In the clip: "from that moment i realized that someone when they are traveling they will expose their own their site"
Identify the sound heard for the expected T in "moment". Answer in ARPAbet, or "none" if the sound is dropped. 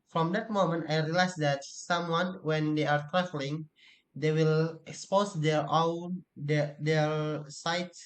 T